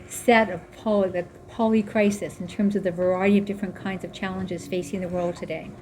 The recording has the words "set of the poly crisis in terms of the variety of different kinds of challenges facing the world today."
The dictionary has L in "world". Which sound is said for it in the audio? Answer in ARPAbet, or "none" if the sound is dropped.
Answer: L